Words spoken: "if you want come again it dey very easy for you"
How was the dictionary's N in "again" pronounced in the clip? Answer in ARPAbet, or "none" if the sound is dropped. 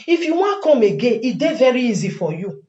none